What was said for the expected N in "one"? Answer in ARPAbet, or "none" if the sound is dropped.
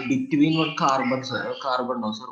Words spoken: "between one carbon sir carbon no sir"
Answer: L